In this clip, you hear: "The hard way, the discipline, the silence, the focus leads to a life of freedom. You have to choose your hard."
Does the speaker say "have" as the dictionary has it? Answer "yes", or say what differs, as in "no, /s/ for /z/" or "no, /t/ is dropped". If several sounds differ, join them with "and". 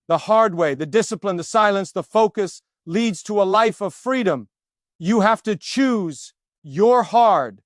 no, /f/ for /v/